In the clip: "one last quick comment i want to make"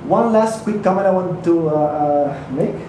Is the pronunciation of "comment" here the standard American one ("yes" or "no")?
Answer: no